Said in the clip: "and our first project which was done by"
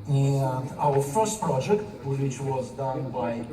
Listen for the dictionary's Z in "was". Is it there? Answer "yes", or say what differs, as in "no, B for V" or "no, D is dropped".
yes